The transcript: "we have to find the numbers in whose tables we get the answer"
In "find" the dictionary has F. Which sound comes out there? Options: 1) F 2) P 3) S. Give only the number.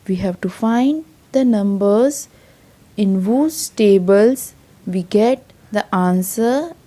1